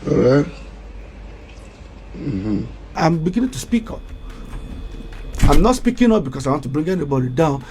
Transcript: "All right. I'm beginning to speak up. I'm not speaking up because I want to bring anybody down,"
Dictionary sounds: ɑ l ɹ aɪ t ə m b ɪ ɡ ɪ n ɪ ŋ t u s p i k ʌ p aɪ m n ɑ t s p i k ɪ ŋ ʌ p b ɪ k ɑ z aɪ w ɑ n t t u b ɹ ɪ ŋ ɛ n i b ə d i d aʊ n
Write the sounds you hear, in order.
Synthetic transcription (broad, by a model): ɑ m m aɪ ə m b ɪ ɡ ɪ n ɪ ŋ t u s p i k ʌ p aɪ m n ɑ t s p i k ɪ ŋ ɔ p b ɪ k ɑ s aɪ w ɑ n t t u b ɹ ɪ ŋ ɛ n i b ə d i d aʊ n